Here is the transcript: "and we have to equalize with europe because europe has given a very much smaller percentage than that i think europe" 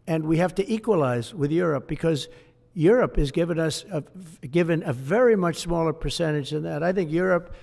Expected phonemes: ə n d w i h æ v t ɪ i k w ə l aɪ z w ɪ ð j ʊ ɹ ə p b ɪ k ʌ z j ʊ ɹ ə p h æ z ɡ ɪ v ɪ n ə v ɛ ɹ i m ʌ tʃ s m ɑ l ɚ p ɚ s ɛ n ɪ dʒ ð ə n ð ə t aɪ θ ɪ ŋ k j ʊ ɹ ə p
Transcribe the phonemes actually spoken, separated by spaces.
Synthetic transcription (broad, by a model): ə n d w i h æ f t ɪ i k w ə l aɪ z w ɪ ð j ʊ ɹ ə p b ɪ k ʌ z j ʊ ɹ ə p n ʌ s ɡ ɪ v ɪ n ə v ɛ ɹ i m ʌ tʃ s m ɑ l ɚ p ɚ s ɛ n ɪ dʒ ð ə n ð ə t aɪ θ ɪ ŋ k j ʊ ɹ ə p